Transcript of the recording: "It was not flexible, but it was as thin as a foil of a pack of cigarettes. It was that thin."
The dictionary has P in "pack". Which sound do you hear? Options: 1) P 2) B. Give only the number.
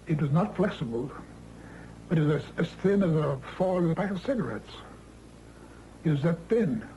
2